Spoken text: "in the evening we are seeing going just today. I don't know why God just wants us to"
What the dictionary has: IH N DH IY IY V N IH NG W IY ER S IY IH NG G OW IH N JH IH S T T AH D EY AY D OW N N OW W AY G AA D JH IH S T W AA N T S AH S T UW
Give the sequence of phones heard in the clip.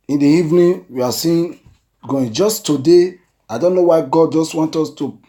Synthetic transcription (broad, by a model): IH N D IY IY V N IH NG W IY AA S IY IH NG G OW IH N JH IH S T T AH D EY AY D OW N N OW W AY G AA D JH IH S T W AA N T AO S T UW